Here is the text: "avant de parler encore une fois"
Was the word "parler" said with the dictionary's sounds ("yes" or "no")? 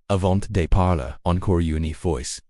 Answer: yes